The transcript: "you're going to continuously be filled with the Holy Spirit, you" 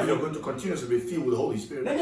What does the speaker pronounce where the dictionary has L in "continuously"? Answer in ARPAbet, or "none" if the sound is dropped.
none